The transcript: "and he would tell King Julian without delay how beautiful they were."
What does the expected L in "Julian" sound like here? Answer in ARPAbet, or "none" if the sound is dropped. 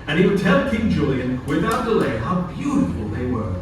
L